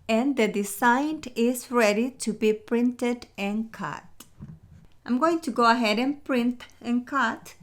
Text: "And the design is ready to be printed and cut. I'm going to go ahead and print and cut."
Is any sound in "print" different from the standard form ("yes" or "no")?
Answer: no